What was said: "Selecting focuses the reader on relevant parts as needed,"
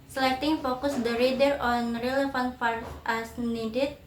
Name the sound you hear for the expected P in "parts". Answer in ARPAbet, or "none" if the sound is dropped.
F